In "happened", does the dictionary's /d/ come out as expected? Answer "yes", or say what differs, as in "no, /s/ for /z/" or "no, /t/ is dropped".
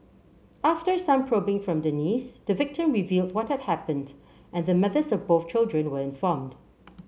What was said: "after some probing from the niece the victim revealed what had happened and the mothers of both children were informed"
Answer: yes